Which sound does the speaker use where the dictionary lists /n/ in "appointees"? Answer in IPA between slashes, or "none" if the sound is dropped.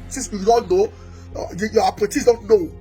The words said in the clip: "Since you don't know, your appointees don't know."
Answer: none